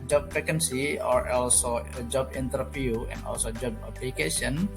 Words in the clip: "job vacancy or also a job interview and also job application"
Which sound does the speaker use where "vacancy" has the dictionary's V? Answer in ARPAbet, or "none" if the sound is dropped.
F